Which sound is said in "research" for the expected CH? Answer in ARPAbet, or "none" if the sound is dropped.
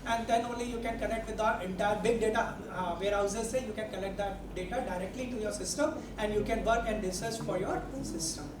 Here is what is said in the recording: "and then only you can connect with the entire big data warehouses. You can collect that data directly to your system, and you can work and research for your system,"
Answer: S